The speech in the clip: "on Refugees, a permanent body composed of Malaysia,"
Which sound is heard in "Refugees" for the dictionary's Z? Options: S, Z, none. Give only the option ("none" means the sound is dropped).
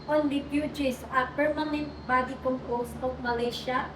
S